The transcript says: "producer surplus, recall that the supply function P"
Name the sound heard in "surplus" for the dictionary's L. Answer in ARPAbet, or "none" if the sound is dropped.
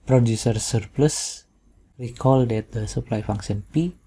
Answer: L